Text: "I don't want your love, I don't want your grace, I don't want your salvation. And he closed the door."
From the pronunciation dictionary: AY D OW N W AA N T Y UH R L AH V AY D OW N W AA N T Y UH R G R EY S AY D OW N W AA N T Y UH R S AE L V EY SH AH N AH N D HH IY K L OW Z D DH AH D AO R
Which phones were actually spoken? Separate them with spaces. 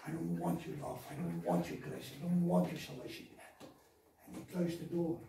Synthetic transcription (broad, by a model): AY D OW N W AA N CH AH R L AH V AY D OW N W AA N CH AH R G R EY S AY D OW N W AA N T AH R S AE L EY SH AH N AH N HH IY K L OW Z DH AH D AO R